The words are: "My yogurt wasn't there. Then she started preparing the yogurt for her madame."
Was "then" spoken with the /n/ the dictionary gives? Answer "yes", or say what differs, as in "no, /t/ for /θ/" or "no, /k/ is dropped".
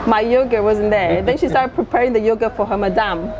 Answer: yes